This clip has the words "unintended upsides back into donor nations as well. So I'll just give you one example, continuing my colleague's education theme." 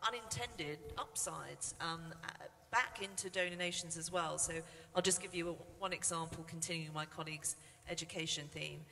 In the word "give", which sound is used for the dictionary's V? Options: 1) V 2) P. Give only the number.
1